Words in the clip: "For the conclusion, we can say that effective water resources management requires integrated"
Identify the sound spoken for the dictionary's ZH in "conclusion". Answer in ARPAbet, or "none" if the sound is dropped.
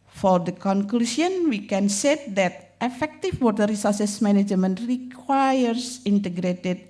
S